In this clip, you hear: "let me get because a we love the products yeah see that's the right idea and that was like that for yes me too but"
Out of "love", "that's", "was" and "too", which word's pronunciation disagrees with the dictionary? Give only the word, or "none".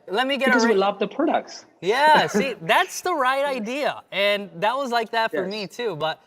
none